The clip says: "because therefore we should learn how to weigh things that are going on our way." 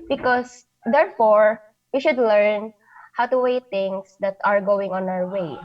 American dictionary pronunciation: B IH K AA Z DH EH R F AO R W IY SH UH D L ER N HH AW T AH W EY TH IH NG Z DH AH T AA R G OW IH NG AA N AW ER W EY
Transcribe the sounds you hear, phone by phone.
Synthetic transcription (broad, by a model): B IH K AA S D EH R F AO R W IY SH UH D L ER N HH AW T AH W EY T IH NG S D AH T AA R G OW IH NG AA N AW ER W EY